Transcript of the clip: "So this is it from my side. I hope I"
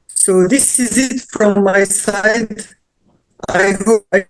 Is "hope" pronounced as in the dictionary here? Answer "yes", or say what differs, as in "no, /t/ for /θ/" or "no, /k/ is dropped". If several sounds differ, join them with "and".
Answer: no, /p/ is dropped